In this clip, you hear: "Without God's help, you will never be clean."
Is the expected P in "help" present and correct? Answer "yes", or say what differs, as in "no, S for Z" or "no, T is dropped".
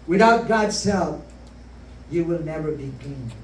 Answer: no, F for P